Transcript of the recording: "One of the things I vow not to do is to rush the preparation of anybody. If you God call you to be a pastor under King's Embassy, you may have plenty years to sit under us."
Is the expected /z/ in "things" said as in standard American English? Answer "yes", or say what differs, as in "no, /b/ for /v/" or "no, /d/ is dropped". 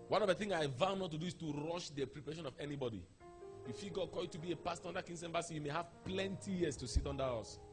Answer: no, /z/ is dropped